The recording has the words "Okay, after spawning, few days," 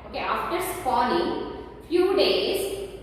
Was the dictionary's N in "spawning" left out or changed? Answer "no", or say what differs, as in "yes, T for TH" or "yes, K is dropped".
yes, L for N